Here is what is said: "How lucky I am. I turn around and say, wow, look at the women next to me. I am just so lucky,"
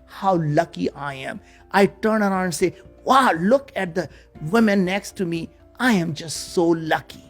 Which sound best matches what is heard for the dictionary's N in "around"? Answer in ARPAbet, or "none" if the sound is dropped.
none